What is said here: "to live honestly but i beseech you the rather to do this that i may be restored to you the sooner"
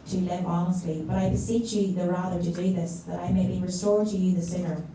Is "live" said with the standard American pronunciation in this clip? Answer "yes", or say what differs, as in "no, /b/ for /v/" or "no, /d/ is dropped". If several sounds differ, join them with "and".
yes